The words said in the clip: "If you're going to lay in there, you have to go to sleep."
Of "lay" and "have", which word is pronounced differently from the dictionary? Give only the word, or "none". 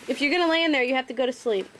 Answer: have